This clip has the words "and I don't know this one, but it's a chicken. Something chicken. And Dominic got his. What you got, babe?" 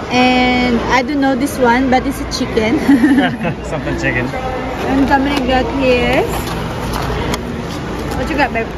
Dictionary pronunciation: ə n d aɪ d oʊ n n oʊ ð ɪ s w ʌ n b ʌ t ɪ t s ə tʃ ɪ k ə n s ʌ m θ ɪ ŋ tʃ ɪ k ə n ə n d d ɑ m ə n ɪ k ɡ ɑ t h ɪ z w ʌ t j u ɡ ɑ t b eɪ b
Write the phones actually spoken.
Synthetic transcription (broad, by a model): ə n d aɪ d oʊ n n oʊ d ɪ s w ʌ n b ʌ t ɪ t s ə tʃ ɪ k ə n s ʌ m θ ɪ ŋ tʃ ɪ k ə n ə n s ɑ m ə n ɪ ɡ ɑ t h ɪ s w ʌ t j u ɡ ɑ t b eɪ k